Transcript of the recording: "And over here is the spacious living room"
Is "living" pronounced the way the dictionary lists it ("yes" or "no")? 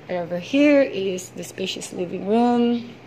yes